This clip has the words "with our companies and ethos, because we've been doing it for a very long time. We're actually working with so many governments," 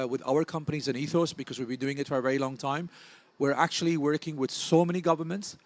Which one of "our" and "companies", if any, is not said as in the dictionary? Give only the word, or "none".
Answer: none